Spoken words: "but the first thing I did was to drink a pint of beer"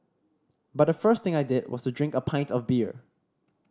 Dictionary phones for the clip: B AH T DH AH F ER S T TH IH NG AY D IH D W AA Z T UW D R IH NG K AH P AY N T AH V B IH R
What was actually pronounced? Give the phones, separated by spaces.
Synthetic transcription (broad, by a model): B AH T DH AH F ER S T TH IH NG AY D IH D W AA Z T UW D R IH NG K AH P AY N T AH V B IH R